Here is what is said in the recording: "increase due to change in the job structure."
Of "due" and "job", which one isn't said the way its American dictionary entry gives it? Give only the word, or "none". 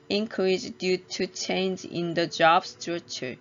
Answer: none